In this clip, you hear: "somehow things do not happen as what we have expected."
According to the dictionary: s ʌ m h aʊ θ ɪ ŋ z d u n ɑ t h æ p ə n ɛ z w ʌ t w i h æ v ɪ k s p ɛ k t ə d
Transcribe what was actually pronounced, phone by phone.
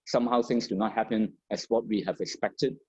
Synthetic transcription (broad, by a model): s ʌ m h aʊ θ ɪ ŋ s d u n ɑ t h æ p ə n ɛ s w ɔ t w i h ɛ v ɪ k s p ɛ k t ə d